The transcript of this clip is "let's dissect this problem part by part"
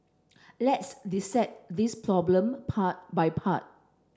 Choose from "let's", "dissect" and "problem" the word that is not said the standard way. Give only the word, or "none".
dissect